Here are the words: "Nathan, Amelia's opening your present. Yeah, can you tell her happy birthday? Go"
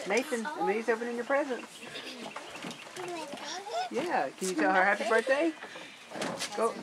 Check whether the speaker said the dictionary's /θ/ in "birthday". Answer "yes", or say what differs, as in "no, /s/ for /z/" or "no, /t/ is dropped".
no, /t/ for /θ/